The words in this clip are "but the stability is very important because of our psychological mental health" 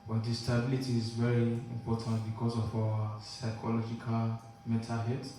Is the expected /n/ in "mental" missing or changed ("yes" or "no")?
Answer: yes